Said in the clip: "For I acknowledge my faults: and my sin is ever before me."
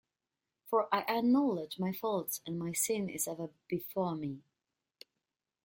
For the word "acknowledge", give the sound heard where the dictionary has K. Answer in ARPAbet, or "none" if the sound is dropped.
none